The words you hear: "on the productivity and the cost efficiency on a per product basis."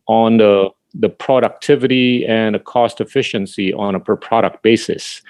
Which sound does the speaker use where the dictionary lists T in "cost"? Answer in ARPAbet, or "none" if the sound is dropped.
T